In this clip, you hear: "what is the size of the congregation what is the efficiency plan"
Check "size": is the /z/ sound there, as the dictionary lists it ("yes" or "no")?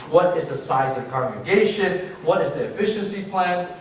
yes